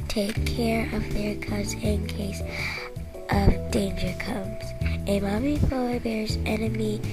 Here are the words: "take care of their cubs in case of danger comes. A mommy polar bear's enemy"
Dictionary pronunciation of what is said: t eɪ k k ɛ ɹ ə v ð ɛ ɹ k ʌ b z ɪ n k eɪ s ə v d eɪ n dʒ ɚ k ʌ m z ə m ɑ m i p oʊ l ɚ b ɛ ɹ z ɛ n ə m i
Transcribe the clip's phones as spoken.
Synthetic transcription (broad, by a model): t eɪ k k ɛ ɹ ə v ð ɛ ɹ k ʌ z ɪ n k eɪ s ə v d eɪ n dʒ ɚ k ʌ m z ə m ɑ m i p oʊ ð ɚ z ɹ ɛ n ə m i